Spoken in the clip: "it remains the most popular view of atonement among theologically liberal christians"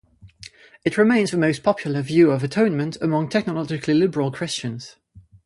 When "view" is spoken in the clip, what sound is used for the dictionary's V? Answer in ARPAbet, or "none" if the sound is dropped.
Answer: V